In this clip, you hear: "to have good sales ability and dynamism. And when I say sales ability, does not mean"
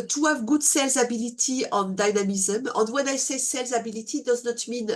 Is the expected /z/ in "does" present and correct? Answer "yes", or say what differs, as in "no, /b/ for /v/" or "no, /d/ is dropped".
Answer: yes